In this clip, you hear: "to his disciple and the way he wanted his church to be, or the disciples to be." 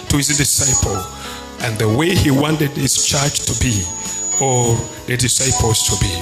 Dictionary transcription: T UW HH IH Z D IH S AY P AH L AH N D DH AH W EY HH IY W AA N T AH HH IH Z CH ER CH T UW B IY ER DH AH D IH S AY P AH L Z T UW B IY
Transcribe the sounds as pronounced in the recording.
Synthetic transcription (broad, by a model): T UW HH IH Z D IH S AY P AH L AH N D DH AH W EY HH IY W AA N T AH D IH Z CH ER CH T UW B IY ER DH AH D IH S AY P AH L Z T UW B IY